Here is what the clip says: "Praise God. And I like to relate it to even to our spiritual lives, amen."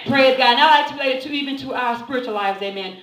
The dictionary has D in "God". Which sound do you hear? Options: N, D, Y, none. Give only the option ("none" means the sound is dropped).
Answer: none